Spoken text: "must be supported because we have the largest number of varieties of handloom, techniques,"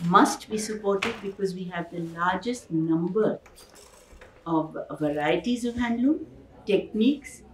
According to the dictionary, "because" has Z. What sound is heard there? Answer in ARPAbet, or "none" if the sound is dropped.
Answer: Z